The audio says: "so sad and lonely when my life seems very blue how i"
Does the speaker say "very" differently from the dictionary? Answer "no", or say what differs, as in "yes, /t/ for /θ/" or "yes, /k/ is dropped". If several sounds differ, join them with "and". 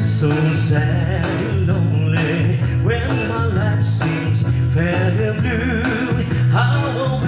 yes, /f/ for /v/